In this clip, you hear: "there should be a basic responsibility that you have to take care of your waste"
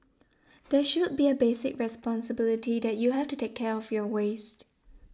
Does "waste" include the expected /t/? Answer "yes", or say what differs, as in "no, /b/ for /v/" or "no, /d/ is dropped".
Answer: yes